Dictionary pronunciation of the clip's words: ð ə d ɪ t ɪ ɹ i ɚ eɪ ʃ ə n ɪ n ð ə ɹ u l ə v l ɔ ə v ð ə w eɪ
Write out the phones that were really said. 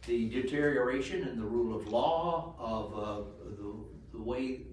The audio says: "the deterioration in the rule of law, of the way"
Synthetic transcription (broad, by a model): ð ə d ɪ t ɪ ɹ i ɚ eɪ ʃ ə n ɪ n ð ə ɹ u l ə v l ɔ ə v ð ə w eɪ